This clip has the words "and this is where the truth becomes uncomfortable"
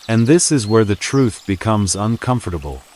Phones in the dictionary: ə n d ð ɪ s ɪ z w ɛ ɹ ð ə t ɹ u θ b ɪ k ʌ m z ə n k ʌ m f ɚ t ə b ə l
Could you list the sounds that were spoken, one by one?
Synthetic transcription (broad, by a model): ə n ð ɪ s ɪ z w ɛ ɹ ð ə t ɹ u θ b ɪ k ʌ m z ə n k ʌ m f ɚ t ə b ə l